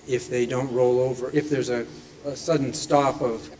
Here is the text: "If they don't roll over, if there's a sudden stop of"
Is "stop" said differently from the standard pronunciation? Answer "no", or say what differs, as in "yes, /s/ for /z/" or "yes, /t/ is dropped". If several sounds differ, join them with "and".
yes, /f/ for /p/